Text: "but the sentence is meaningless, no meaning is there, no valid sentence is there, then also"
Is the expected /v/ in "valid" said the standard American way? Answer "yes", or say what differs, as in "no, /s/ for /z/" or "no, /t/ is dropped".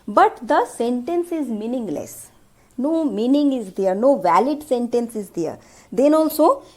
yes